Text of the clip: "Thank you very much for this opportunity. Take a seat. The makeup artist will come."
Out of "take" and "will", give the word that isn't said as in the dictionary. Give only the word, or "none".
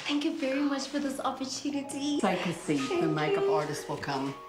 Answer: take